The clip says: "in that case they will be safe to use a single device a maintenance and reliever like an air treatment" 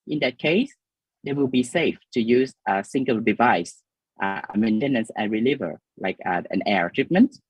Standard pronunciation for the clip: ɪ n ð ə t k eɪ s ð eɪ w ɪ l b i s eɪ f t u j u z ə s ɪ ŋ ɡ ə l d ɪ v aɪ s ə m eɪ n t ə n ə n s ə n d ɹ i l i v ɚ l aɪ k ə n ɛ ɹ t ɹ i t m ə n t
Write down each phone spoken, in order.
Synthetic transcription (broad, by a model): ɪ n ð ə t k eɪ s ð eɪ w ɪ l b i s eɪ f t u j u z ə s ɪ ŋ ɡ ə l d ɪ v aɪ s ə m eɪ n t ə n ə n s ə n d ɹ i l i v ɚ l aɪ k ə n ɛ ɹ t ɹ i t m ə n t